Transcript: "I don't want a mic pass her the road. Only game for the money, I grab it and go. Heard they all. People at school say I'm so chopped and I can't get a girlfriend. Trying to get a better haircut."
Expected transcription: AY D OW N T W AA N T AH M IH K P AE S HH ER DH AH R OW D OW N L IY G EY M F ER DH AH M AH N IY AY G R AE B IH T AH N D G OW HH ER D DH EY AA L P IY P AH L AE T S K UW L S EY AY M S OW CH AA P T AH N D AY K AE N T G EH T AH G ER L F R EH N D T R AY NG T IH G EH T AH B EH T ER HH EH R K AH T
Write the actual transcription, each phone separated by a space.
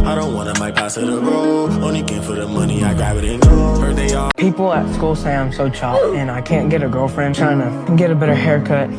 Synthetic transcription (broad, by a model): AY D OW N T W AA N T AH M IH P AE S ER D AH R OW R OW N IY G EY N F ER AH M AH N IY AY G AA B IH T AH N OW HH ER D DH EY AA P IY P L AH T S K UW L S EY AY M S OW CH AA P AH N AY K AE N G EH T AH G ER L F R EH N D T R AY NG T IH G EH T AH B EH T ER HH EH R K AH T